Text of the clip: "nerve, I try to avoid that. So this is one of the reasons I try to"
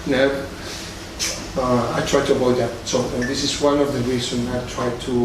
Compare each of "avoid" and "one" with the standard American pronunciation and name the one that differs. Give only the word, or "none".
avoid